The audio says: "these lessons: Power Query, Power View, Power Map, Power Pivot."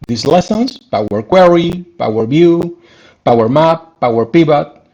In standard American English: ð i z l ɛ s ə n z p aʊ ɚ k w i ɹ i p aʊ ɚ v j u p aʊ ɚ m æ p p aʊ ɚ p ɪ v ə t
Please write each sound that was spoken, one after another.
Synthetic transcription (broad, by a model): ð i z l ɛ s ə n s p aʊ ɚ k w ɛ ɹ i p aʊ ɚ b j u p aʊ ɚ m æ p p aʊ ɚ p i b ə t